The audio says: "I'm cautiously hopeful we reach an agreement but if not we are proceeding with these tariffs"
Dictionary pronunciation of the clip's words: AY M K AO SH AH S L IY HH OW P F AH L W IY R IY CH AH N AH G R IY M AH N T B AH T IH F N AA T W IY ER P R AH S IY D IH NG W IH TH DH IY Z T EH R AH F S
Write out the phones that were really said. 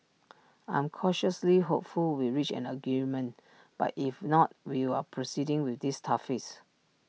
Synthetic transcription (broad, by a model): AY M K AO SH AH S L IY HH OW P F AH L W IY R IY CH AH N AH G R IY M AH N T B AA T IH F N AA T W IY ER P R AH S IY D IH NG W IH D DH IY S T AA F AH S